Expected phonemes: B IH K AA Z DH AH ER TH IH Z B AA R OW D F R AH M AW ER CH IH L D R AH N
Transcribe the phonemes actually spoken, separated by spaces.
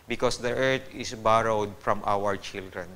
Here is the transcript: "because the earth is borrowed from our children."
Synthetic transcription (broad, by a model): B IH K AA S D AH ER T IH S B AA R OW D F R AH M AW ER CH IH L D R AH N